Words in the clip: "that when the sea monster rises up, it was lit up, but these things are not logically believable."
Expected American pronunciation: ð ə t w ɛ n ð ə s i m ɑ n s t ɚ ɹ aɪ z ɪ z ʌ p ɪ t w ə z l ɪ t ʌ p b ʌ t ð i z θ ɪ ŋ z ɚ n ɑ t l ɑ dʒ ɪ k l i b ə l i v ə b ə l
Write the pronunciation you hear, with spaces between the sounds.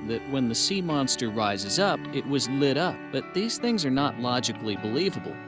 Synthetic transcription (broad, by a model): ð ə t w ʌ n ð ə s i m ɑ n s t ɚ ɹ aɪ z ɪ z ʌ p ɪ t w ə z l ɪ t ʌ p b ʌ t ð i z θ ɪ ŋ z ɚ n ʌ t l ɑ dʒ ɪ k l i b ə l i v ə b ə l